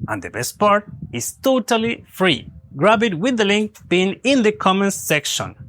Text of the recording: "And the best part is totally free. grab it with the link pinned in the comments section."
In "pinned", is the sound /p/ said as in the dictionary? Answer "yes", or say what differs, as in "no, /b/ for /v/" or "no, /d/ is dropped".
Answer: no, /b/ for /p/